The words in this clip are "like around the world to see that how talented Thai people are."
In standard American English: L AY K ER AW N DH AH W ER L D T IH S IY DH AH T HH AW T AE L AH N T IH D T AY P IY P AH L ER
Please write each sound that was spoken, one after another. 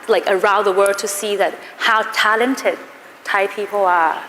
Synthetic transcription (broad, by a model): L AY K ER AW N DH AH W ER D T IH S IY DH AH T HH AW T AE L AH N T IH D T AY P IY P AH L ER